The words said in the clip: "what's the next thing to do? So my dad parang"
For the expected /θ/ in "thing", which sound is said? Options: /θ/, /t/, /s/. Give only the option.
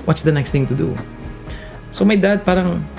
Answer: /t/